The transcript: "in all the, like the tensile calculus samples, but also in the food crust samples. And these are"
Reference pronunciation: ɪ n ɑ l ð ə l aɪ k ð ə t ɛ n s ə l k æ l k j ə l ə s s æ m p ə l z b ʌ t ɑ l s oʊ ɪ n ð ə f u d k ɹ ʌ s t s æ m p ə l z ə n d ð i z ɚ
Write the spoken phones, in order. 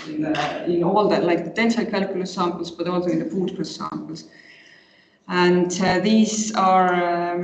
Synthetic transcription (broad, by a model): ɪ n ɑ l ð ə l aɪ k ð ə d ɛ n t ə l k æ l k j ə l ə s s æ m p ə l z b ʌ t ɑ l s oʊ ɪ n ð ə p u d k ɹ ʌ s s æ m p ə l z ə n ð i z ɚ